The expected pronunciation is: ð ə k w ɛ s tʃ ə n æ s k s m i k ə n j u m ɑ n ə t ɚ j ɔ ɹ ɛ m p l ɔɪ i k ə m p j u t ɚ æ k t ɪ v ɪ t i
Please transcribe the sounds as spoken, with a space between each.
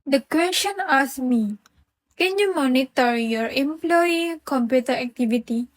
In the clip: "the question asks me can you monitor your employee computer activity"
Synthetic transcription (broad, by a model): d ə k w ɛ s tʃ ə n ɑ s s m i k ə n j u m ɑ n ə t ɚ j ɔ ɹ ɛ m p l ɔɪ i k ə m p j u t ɚ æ k t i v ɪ t i